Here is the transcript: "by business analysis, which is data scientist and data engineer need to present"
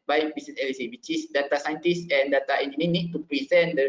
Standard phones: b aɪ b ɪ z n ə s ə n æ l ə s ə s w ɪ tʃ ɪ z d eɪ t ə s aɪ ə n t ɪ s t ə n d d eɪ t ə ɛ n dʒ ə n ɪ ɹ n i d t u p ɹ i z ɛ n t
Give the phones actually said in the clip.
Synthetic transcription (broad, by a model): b aɪ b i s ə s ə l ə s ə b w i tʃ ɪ s d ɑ t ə s aɪ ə n t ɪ s ə n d d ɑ t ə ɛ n ə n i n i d t u p ɹ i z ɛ n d